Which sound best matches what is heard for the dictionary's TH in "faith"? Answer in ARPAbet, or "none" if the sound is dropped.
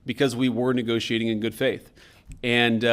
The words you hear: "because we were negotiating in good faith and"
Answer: TH